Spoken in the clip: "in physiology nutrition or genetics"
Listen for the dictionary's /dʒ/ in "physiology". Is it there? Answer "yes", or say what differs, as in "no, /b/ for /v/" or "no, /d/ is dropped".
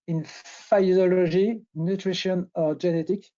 no, /ʒ/ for /dʒ/